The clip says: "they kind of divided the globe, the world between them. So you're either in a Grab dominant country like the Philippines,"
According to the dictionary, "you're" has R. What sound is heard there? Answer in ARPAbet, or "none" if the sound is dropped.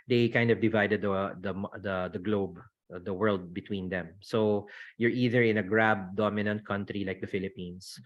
R